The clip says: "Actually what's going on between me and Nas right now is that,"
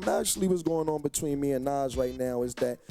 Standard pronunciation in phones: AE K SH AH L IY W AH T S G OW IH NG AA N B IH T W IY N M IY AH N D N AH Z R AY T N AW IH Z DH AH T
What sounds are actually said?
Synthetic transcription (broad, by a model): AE K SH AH L IY W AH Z G OW IH NG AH N B IH T W IY N M IY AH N N AH Z R AY T N AW IH Z DH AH T